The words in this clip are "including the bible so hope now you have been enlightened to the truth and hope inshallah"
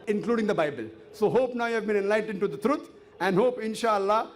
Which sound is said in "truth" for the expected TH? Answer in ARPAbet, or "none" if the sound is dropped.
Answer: T